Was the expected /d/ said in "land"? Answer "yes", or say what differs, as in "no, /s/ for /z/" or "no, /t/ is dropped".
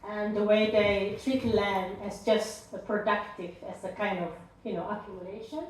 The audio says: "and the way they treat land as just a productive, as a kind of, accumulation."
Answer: no, /d/ is dropped